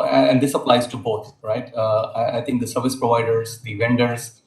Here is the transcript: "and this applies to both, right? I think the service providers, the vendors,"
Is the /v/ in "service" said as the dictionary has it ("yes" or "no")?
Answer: yes